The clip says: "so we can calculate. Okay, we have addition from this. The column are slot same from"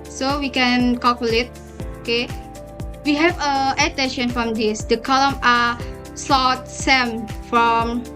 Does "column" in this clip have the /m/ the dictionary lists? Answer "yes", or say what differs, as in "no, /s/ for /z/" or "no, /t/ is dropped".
yes